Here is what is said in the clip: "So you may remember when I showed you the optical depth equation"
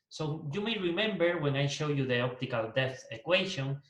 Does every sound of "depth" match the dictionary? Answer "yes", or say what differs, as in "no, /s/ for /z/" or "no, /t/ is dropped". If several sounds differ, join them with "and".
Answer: no, /p/ is dropped